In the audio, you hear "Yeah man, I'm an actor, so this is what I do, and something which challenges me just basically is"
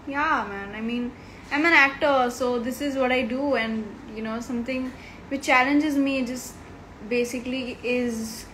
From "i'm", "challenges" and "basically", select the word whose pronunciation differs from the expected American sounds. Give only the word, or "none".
none